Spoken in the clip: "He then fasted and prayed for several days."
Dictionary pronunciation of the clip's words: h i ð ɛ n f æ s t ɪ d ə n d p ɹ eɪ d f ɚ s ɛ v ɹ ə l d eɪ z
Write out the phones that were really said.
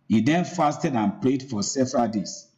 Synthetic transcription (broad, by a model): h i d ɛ n f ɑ s t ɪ d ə n p l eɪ d f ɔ s ɛ v ɹ ə l d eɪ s